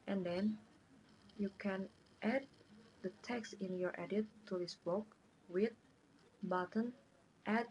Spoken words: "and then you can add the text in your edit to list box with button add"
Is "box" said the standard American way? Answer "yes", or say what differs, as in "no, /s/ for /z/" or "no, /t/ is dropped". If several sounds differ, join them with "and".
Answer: no, /s/ is dropped